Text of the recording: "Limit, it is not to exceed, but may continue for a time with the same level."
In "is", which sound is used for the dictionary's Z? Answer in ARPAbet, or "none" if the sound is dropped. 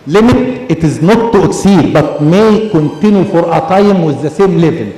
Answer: Z